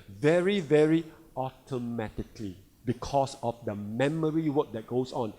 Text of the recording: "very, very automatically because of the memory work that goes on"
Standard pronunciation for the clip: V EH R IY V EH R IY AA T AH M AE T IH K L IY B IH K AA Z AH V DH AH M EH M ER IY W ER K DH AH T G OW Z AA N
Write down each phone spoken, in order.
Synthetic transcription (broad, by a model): V EH R IY V EH R IY AA T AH M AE T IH K L IY B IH K AA S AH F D AH M EH M ER IY W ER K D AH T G OW S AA N